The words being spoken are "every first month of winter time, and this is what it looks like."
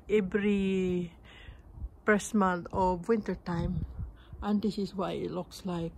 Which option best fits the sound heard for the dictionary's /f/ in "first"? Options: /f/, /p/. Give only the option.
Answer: /p/